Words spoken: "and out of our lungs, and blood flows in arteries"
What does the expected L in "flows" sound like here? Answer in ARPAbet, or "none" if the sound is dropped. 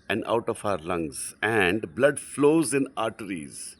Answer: L